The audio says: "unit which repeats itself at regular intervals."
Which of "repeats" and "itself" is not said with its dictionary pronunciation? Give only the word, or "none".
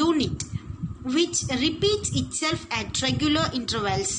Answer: none